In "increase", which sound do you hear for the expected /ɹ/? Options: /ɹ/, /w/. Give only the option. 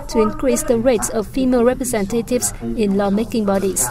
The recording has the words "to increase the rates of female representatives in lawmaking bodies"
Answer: /ɹ/